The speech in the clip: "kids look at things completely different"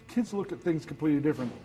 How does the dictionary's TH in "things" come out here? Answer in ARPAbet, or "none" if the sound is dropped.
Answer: TH